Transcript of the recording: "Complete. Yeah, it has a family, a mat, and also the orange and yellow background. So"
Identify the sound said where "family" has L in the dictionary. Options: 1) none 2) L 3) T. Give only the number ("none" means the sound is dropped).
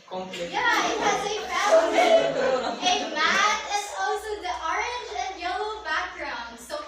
1